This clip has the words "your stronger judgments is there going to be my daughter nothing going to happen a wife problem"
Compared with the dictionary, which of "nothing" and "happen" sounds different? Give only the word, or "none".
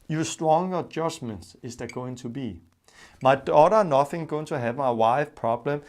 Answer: happen